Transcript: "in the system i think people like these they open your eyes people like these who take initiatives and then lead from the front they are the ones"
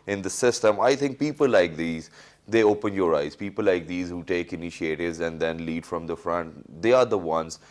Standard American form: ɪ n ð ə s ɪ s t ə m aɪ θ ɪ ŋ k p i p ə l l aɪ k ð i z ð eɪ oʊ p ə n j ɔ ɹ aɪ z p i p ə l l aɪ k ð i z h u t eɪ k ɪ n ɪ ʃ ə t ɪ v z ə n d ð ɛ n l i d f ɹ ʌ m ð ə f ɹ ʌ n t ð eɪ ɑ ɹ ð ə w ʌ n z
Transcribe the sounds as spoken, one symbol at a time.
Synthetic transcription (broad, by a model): ɪ n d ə s ɪ s t ə m aɪ t ɪ ŋ k p i p ə l l aɪ k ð i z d eɪ oʊ p ə n j ɔ ɹ aɪ z p i p ə l l aɪ k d i z h u t eɪ k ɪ n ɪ ʃ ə t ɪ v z ə n d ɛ n l i d f ɹ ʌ m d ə f ɹ ʌ n t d eɪ ɑ ɹ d ə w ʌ n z